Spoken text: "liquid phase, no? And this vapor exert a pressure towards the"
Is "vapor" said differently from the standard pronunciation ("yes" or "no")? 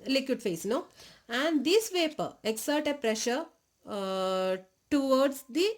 no